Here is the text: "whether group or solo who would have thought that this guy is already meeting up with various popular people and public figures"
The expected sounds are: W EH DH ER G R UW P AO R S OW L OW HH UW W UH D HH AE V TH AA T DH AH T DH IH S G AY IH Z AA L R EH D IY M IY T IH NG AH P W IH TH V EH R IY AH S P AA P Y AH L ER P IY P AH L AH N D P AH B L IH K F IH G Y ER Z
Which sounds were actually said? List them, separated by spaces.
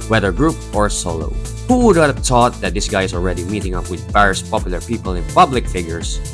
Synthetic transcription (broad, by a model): W EH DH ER G R UW P AO R S OW L OW HH UW W UH D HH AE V T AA T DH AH T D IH S G AY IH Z AA L R EH D IY M IY T IH NG AH P W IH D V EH R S P AA P Y AH L ER P IY P AH L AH N P AH B L IH K F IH G Y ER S